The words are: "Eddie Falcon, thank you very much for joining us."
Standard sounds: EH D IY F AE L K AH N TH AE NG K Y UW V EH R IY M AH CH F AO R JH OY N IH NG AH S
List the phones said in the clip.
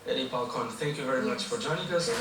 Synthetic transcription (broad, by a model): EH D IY P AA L K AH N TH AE NG K Y UW V EH R IY M AH CH F AO R JH OY N IH NG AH S